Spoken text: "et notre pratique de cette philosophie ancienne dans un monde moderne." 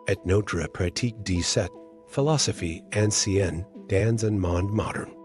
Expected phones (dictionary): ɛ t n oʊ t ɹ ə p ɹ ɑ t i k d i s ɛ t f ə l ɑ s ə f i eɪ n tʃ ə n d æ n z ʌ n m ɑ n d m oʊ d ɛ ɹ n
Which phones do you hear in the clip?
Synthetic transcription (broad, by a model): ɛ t n oʊ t ɹ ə p ɹ ɑ t i k d i s ɛ t f ə l ɑ s ə f i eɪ n s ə n d æ n z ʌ n m ɑ n d m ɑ d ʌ ɹ n